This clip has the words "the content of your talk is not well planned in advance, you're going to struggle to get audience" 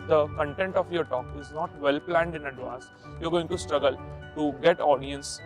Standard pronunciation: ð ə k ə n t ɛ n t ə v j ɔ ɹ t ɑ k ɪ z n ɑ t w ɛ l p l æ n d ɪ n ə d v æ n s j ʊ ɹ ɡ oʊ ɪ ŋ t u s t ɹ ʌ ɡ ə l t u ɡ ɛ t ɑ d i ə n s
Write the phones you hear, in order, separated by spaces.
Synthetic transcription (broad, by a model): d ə k ə n t ɛ n t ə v j ɔ ɹ t ɑ k ɪ z n ɑ t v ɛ l p l æ n d ɪ n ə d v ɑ s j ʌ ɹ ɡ oʊ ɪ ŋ t u s t ɹ ʌ ɡ ə l t u ɡ ɛ t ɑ d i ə n s